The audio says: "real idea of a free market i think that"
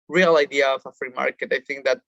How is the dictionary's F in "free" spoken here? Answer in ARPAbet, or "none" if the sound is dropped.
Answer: F